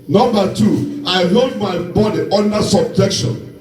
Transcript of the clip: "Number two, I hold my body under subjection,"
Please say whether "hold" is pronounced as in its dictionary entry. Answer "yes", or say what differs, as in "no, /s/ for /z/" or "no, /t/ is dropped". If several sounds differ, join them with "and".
no, /l/ is dropped